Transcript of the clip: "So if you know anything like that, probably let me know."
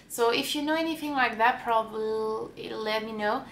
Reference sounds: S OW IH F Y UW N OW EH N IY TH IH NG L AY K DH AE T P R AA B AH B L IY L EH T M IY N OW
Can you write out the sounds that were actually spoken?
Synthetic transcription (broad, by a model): S OW IH F Y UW N OW EH N IY TH IH NG L AY K DH AE T P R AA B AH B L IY L EH T M IY N OW